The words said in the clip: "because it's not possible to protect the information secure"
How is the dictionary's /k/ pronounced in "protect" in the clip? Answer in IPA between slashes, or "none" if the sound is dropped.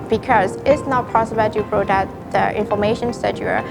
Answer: none